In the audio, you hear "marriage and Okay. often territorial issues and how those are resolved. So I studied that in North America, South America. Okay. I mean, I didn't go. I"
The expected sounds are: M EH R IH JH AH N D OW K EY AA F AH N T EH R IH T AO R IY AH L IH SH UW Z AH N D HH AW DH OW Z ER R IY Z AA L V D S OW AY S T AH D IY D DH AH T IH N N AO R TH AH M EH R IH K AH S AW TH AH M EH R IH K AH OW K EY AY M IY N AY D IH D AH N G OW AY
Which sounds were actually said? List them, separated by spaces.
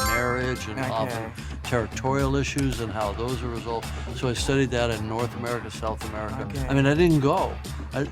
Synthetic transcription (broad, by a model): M EH R IH JH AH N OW AA F AH N T EH R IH T AO R IY L IH SH UW Z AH N HH AW DH OW Z ER R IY Z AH L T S S OW AY S T AH D IY D DH AH T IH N N AO R TH AH M EH R IH K AH S AW TH AH M EH R IH K AH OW AY M IY N AY D IH D N G OW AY